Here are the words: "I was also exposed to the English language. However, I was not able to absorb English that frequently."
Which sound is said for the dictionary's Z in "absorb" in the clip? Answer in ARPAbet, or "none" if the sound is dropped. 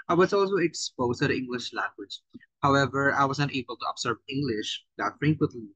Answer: S